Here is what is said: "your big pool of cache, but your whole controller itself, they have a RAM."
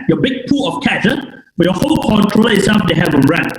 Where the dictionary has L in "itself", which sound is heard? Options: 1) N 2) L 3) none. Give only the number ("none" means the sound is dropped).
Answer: 3